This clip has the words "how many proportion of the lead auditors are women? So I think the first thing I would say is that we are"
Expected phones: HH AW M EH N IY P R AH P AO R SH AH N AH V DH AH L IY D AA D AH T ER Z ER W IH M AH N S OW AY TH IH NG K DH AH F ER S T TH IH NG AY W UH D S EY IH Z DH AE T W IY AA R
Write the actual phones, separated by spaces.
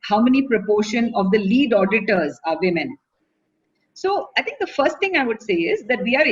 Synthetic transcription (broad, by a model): HH AW M EH N IY P R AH P AO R SH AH N AH V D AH L IY D AA D AH T ER Z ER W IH M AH N S OW AY T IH NG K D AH F ER S T T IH NG AY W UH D S EY IH Z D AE T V IY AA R